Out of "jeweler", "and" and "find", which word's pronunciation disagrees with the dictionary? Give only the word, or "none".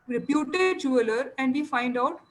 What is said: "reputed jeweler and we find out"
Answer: none